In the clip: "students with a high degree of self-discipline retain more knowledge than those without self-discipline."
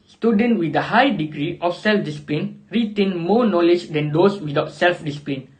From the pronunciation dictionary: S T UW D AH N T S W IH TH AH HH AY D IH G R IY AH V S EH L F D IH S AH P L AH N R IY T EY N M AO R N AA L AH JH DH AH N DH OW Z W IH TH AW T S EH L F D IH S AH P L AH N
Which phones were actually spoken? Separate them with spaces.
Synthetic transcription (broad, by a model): S T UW D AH N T W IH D AH HH AY D IH G R IY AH F S EH L F D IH S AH P L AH N R IY T EY N M AO N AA L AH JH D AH N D OW S W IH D AW T S EH L F D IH S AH P L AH N